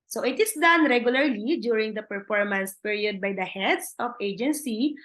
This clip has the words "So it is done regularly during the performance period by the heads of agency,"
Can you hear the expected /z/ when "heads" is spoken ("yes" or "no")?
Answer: no